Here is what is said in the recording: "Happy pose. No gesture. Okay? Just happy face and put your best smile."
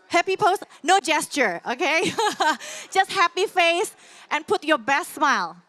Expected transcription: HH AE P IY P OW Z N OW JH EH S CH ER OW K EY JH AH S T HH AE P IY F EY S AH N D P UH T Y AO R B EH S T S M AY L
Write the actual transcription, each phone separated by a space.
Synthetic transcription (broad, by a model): HH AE P IY P OW S N OW JH EH S CH ER OW K EY JH AH S T HH AE P IY F EY S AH N P UH T Y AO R B EH S T S M AY L